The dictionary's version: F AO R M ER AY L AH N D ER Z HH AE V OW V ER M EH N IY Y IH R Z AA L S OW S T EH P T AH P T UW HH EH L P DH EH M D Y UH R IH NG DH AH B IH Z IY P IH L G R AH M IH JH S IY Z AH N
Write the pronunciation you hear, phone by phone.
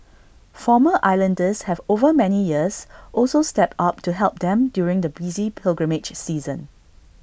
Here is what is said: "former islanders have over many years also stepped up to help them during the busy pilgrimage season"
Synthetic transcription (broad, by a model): F AO M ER AY L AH N D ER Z HH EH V OW V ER M EH N IY Y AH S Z AA L S OW S T EH P T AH P T UW HH EH L P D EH M D Y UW R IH NG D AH B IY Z IY P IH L G R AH M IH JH S IY Z AH N